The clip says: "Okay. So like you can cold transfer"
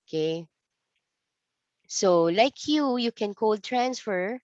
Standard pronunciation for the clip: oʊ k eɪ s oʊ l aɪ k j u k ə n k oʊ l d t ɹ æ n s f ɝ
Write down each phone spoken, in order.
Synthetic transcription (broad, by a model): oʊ k eɪ s oʊ l aɪ k j u k ə n k oʊ l d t ɹ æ n s f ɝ